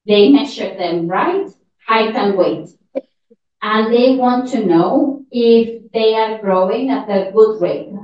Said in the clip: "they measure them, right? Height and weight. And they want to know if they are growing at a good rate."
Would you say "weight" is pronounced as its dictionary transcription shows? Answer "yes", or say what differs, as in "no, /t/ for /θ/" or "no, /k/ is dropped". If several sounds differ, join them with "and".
yes